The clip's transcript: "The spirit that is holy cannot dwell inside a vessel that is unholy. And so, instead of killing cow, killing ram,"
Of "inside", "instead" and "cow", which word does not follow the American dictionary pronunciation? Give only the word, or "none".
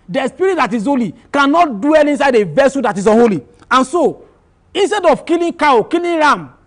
none